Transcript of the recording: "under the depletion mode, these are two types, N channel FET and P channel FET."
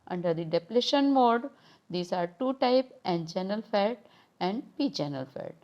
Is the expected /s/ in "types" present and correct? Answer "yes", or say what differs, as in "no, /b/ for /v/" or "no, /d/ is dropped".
no, /s/ is dropped